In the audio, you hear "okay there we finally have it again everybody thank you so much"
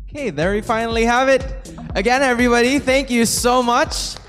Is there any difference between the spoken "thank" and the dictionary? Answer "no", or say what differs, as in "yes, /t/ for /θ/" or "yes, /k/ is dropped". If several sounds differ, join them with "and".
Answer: no